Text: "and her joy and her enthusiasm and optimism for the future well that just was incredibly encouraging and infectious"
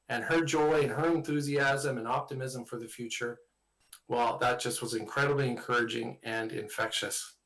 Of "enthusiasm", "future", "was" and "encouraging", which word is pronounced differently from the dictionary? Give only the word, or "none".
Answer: none